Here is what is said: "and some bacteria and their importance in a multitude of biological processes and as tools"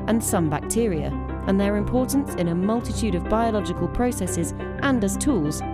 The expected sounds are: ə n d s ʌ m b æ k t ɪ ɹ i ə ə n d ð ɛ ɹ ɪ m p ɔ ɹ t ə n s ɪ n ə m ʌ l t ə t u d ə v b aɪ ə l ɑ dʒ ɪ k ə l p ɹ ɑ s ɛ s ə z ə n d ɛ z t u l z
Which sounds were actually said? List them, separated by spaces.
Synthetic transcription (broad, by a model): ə n s ʌ m b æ k t ɪ ɹ i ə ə n ð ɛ ɹ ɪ m p ɔ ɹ t n s ɪ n ə m ʌ l t ə t u d ə v b aɪ ə l ɑ dʒ ɪ k ə l p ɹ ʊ s ɛ s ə z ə n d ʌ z t u l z